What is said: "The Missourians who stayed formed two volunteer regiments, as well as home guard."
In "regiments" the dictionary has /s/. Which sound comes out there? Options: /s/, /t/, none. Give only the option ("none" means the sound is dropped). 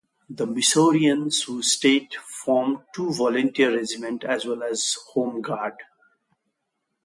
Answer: none